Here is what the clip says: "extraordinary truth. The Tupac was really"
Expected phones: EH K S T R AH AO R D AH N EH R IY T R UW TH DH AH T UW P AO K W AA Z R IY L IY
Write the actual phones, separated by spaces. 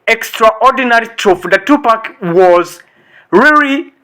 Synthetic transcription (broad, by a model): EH K S T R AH AO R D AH N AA R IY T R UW F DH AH T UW P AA K W AA Z R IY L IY